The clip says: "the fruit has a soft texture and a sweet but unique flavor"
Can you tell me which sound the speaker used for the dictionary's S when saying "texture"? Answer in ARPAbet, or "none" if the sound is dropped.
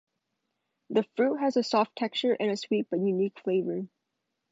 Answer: none